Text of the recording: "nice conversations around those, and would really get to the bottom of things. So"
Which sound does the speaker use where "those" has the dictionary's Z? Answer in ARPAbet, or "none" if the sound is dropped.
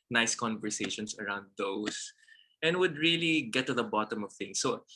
S